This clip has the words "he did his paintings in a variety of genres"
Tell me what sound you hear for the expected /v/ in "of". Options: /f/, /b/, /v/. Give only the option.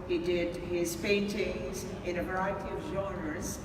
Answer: /v/